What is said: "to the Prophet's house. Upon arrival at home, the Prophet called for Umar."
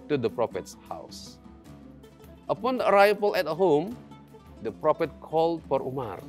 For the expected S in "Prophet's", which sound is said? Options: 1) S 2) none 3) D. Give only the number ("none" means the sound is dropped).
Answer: 1